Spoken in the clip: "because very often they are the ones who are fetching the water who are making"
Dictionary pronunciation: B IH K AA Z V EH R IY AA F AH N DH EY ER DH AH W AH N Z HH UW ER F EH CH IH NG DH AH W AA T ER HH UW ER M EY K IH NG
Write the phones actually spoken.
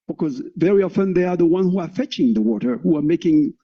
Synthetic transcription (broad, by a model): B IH K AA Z V EH R IY AA F AH N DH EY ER DH AH W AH N HH UW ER F EH CH IH NG DH AH W AA T ER HH UW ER M EY K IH NG